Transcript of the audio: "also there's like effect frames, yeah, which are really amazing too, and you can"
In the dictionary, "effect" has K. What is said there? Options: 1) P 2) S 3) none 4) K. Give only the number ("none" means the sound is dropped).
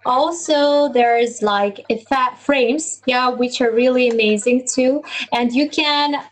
3